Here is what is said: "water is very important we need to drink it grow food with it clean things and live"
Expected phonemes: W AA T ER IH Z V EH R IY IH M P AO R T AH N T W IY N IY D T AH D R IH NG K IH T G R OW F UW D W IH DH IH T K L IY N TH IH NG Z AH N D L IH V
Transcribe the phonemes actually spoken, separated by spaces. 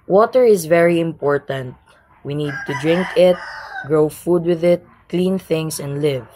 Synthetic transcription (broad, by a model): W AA T ER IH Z V EH R IY IH M P AO R T AH N T W IY N IY D T AH D R IH NG K IH T G R OW F UW D W IH DH IH T K L IY N TH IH NG S AH N D L IH V